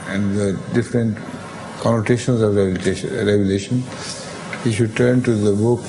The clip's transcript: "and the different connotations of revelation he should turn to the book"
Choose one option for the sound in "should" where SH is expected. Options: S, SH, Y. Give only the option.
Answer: SH